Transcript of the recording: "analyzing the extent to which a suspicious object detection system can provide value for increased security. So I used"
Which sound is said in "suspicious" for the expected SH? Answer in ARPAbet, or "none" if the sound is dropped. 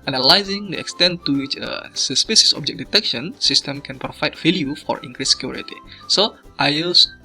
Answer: S